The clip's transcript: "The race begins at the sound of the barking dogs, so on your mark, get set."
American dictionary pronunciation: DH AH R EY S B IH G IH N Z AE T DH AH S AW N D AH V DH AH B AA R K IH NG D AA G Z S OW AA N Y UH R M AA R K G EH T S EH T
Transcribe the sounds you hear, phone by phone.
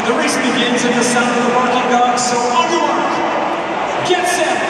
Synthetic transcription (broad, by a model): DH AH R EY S B IH G IH N Z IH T DH AH S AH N AH V DH AH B AA R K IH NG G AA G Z S OW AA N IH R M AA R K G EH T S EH